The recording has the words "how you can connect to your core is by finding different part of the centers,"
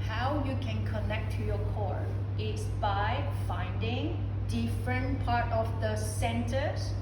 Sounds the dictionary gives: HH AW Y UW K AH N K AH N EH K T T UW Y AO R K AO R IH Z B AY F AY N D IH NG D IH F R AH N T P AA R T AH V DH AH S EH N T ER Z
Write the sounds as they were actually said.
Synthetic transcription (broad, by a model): HH AW Y UW K AH N K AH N EH K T T UW Y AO K AO R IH S B AY F AY N D IH NG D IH F R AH N P AA R T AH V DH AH S EH N T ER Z